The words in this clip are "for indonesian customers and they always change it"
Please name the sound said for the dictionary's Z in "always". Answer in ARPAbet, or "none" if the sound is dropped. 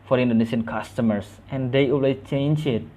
none